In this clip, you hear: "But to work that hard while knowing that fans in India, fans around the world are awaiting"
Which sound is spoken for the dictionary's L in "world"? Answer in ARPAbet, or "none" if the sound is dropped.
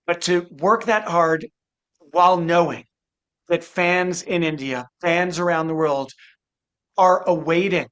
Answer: L